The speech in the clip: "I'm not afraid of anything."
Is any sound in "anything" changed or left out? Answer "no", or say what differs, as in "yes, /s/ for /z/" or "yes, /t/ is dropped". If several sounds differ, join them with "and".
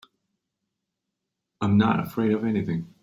no